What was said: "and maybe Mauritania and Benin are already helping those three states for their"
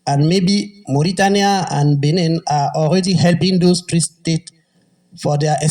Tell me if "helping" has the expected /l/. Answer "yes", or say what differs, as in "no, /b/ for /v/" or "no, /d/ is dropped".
yes